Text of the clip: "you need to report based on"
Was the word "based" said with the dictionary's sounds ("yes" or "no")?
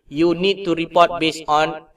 no